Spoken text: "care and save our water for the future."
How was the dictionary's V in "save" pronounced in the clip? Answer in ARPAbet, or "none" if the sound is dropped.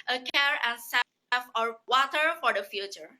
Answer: F